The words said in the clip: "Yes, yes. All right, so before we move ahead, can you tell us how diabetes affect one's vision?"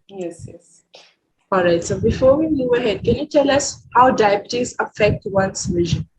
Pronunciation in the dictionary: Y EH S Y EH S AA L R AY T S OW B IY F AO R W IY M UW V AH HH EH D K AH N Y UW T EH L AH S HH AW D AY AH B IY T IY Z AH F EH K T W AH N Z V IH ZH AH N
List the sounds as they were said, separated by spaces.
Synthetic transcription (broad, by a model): Y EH S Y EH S AA L R AY T S OW B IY F AO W IY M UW AH HH EH D K AH N Y UW T EH L AH S HH AW D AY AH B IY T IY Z AH F EH K T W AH N S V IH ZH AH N